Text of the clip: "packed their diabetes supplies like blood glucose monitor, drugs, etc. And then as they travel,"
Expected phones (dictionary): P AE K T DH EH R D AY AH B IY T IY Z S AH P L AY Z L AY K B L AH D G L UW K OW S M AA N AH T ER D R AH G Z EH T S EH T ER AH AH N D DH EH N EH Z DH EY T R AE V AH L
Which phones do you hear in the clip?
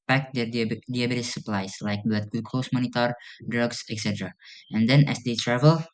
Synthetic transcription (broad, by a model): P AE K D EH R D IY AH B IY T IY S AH P L AY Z L AY K B L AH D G UW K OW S M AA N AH T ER D R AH G S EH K S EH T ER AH AH N D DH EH N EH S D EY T R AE V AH L